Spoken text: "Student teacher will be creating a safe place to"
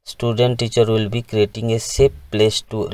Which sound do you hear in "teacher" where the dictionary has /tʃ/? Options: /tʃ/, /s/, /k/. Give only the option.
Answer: /tʃ/